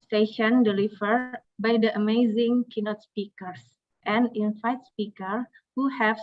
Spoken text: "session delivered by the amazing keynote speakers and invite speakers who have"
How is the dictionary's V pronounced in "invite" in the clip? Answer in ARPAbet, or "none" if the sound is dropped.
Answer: F